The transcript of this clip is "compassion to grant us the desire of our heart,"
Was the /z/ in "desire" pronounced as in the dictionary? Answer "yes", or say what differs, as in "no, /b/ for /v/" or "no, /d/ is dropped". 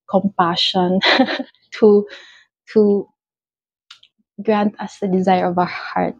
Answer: yes